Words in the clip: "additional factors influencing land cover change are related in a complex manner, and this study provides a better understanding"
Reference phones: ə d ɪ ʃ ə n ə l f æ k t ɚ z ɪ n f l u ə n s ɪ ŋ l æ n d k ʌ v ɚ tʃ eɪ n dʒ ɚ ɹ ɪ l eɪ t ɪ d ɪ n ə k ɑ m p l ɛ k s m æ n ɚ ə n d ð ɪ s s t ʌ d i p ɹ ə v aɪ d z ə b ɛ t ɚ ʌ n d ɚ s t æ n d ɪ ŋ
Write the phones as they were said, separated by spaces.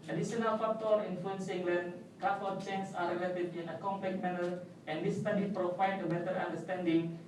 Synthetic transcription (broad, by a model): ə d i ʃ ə n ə l f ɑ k t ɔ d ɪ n f l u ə n s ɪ ŋ l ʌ n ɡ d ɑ f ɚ tʃ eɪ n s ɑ ɹ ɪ l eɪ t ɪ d ɪ n ə k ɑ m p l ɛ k m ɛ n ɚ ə n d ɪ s s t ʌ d i p ɹ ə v aɪ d ə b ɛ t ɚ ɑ n d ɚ s t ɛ n d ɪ ŋ